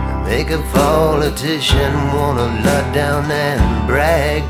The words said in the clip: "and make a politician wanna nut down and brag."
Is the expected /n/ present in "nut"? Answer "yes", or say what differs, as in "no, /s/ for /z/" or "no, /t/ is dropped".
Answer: no, /l/ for /n/